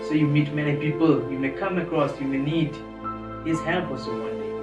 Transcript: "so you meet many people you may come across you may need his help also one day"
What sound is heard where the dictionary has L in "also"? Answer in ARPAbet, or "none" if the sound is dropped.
none